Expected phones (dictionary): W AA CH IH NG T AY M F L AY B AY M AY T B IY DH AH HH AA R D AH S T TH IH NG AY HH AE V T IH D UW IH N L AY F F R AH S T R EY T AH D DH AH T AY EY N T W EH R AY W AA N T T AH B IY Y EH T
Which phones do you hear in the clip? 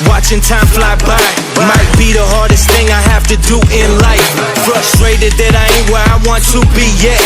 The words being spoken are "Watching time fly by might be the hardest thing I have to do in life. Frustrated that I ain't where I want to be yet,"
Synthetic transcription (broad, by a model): W AA CH IH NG T AY M F L AY B AY M AY T B IY DH AH HH AA R D AH S T TH IH NG AY HH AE F T IH D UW IH N L AY F F R AH S T R EY T AH D DH AH T AY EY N W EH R AY W AA N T T AH B IY Y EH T